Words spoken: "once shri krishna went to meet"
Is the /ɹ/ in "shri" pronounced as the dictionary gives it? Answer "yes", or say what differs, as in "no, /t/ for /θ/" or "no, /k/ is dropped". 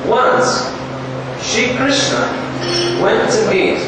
no, /ɹ/ is dropped